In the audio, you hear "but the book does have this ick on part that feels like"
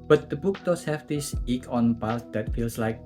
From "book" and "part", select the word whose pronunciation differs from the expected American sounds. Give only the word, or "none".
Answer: part